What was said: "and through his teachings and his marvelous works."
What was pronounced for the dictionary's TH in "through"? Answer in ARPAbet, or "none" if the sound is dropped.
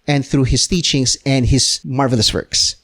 TH